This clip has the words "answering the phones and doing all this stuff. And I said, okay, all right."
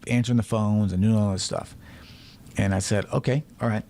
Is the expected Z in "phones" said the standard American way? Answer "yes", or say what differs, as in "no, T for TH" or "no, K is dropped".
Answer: yes